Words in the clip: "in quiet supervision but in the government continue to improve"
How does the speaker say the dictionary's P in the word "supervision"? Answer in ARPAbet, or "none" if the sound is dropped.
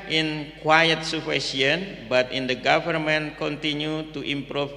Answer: F